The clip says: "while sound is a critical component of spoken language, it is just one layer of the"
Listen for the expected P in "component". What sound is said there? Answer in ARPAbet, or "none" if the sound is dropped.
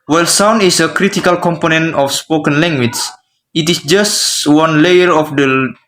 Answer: P